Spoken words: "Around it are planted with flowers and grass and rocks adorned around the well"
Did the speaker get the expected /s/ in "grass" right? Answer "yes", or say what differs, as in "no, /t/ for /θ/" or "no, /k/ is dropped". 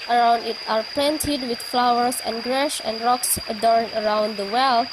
no, /ʃ/ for /s/